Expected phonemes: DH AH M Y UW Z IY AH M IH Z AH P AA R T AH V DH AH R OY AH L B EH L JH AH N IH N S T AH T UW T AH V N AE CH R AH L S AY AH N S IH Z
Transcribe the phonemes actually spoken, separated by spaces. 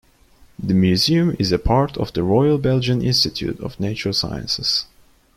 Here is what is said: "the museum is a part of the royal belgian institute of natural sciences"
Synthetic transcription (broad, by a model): DH AH M Y UW Z IY AH M IH Z AH P AA R T AH V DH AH R OY AH L B EH L JH AH N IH N S T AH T UW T AH V N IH CH AH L S AY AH N S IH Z